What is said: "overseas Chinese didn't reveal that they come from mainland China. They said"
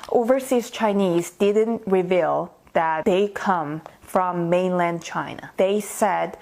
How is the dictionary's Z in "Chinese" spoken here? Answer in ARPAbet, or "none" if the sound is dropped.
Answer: Z